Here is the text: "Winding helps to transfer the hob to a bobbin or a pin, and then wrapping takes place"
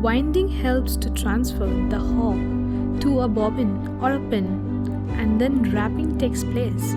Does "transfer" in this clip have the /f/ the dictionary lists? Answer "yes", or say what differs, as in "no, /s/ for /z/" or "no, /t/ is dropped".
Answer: yes